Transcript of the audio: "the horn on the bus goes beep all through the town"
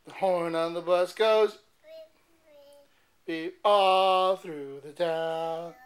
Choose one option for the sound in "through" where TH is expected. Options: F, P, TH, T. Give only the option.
TH